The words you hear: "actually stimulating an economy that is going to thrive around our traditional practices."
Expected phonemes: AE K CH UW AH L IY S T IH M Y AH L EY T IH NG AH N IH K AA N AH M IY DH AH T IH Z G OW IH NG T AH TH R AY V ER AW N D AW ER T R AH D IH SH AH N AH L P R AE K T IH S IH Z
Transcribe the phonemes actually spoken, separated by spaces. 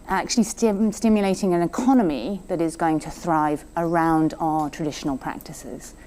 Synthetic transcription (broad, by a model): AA K CH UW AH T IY S T IH M Y AH L EY T IH NG AH N IH K AA N AH M IY DH AH T IH Z G OW IH NG T AH TH R AY V ER AW N D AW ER T R AH D IH SH AH N AH L P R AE K T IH S IH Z